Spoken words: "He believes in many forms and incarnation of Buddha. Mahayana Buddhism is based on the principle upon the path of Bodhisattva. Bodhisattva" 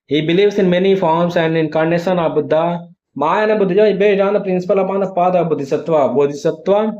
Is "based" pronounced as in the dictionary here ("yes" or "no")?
no